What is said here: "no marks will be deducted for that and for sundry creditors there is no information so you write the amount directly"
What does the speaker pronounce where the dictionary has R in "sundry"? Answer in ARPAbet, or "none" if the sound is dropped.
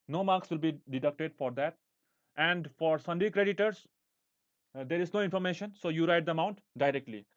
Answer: none